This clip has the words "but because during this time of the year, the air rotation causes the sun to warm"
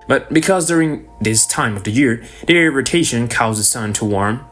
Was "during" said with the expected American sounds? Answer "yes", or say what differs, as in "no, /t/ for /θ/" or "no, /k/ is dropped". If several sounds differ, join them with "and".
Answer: yes